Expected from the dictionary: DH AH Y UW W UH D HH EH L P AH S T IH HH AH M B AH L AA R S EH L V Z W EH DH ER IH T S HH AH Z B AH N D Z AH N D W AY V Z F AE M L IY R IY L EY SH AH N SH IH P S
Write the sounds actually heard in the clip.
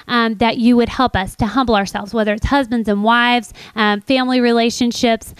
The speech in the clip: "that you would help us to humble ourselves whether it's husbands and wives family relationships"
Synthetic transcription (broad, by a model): DH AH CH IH W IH D HH EH L P AH S T IH HH AH M B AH AA R S EH L V Z W EH DH ER IH T S HH AH Z B AH N D Z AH N W AY V Z F AE M L IY R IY L EY SH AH N SH IH P S